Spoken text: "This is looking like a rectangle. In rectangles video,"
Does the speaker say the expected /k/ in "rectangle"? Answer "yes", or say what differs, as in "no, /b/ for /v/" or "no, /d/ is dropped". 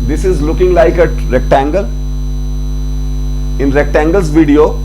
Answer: yes